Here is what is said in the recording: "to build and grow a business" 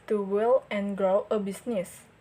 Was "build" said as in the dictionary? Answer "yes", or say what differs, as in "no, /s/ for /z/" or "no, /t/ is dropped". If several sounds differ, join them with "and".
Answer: no, /d/ is dropped